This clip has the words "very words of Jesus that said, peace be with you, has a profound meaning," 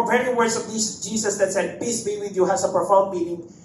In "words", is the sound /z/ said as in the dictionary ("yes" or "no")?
no